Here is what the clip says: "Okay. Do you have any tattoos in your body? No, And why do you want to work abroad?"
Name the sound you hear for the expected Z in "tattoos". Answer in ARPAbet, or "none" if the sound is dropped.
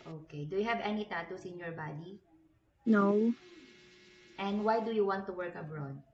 S